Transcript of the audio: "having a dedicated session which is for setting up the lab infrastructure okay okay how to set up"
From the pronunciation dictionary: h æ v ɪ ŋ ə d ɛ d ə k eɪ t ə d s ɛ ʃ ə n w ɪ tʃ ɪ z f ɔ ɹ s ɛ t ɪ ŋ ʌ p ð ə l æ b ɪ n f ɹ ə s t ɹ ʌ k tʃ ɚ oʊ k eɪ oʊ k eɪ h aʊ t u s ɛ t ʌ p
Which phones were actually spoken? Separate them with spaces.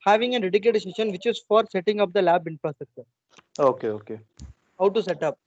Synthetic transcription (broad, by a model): h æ v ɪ ŋ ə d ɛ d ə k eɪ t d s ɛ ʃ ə n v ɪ tʃ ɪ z f ɔ ɹ s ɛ t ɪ ŋ ʌ p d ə l æ b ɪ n p ɹ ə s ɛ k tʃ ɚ oʊ k eɪ oʊ k eɪ h aʊ t u s ɛ t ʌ p